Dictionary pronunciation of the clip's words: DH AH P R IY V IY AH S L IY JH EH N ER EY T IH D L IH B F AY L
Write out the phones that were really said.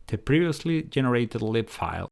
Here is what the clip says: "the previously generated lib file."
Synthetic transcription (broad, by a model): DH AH P R IY V IY AH S L IY JH EH N ER EY T IH D L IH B F AY L